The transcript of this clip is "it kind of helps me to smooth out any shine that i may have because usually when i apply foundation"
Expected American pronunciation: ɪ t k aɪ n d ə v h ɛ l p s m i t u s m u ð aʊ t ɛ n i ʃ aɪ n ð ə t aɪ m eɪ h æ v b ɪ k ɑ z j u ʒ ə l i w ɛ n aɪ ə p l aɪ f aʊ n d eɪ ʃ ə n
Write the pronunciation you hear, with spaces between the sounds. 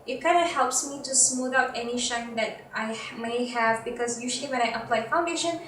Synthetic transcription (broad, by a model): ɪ t k aɪ n d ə h ɛ l p s m i t u s m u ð aʊ t ɛ n i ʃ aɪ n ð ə t aɪ m eɪ h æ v b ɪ k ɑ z j u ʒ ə l i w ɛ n aɪ ə p l aɪ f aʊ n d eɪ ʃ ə n